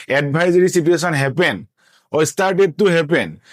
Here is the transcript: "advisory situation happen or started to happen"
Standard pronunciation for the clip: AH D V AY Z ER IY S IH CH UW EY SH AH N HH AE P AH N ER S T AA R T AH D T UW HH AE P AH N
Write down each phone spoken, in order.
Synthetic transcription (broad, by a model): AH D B AY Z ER IY S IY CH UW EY S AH N HH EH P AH N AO S T AA R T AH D T UW HH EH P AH N